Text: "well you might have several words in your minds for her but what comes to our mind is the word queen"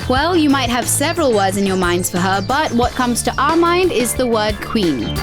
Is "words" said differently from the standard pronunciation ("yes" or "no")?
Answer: no